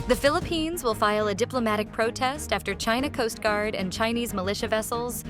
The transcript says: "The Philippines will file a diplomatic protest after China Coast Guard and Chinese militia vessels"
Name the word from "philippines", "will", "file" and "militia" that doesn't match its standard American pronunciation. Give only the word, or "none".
none